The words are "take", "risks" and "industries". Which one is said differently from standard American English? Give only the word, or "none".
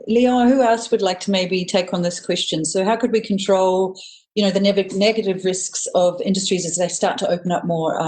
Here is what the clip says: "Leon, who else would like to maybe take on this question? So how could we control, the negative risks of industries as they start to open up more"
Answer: none